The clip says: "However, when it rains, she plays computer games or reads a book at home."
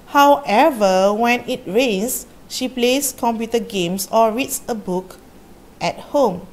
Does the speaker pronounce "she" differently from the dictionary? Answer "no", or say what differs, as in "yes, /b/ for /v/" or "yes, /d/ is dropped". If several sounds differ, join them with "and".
no